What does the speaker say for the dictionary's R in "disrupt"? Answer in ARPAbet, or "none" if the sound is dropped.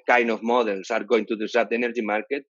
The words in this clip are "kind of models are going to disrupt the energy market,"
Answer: none